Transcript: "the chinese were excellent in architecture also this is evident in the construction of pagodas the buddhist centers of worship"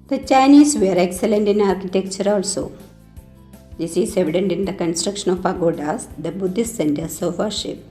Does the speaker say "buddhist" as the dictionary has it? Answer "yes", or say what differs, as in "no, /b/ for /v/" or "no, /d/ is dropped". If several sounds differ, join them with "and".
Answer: yes